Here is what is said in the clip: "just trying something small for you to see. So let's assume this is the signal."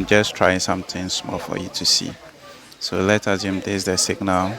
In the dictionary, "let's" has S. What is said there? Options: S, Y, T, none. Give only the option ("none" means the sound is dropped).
none